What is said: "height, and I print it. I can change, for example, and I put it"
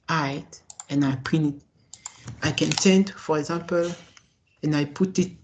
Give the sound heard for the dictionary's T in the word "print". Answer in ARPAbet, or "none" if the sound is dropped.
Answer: none